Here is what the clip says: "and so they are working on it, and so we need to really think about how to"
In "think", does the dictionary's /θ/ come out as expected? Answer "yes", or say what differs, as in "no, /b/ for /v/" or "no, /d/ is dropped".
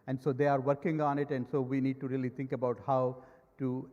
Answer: no, /t/ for /θ/